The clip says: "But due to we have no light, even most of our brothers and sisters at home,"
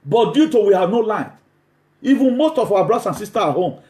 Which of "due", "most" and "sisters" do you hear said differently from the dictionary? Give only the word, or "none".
sisters